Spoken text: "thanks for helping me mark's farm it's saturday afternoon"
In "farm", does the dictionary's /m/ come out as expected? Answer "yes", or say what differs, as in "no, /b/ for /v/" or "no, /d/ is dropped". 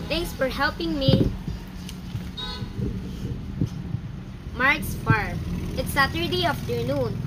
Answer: no, /m/ is dropped